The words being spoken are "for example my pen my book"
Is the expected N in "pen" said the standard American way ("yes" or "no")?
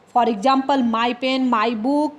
yes